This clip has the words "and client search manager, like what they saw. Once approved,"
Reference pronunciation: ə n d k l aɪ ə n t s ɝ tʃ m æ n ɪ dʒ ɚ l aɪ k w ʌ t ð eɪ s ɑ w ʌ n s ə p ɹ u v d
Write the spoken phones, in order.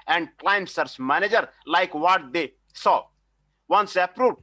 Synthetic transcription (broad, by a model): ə n d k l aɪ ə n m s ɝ s m æ n ɪ dʒ ɚ l aɪ k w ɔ t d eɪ s ɑ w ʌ n s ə p ɹ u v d